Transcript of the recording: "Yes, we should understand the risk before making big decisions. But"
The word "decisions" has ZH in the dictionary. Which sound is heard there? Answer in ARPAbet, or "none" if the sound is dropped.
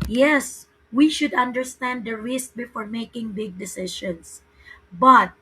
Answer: SH